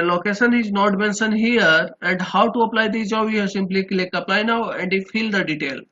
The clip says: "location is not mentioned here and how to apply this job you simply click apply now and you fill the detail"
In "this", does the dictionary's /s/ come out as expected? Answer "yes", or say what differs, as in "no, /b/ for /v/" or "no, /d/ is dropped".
no, /s/ is dropped